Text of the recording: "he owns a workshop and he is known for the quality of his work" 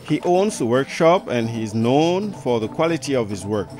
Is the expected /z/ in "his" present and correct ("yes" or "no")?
yes